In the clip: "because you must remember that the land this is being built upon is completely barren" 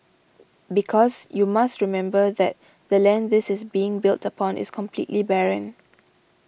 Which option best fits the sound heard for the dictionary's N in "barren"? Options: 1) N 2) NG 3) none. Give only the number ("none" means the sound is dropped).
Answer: 1